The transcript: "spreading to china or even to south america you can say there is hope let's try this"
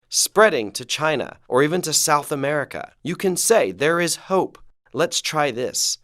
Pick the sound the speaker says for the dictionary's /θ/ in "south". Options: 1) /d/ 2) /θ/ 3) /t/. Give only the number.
2